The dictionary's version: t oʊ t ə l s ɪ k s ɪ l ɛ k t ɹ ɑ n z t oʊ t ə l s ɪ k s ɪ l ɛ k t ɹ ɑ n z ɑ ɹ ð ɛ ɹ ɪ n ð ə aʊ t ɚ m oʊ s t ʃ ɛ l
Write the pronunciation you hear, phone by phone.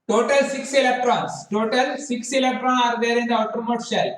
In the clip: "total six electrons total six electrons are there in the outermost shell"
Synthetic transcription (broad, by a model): t oʊ t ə l s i k s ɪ l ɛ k t ɹ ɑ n s t oʊ t ə l s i k s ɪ l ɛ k t ɹ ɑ n ɑ ɹ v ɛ ɹ ɪ n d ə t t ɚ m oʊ t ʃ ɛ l